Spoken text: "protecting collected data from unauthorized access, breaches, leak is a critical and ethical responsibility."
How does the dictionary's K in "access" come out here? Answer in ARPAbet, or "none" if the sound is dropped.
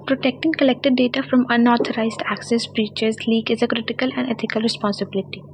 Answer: K